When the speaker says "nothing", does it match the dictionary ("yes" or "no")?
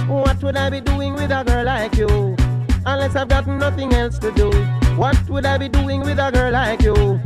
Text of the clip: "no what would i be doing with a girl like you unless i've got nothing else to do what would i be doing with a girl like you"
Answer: yes